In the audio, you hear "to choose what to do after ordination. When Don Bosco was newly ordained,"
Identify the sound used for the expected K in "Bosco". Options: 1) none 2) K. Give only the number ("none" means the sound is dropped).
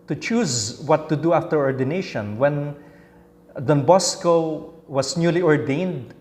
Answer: 2